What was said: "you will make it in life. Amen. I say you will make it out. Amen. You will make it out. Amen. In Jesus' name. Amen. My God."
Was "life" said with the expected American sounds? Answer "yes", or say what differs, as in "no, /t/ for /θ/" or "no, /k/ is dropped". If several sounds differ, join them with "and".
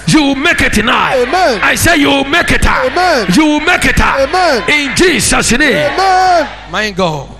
no, /f/ is dropped